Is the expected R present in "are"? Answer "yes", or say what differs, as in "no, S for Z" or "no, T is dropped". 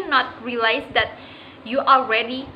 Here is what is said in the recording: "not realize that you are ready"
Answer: no, L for R